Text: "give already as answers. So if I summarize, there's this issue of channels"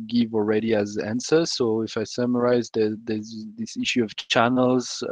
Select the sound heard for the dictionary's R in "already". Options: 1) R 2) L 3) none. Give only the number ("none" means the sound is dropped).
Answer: 1